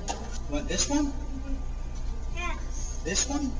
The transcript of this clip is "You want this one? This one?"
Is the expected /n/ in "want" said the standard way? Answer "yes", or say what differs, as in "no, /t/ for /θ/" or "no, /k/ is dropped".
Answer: no, /n/ is dropped